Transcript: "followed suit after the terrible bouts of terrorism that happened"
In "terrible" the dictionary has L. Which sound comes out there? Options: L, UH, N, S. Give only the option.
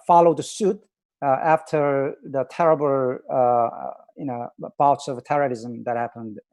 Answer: N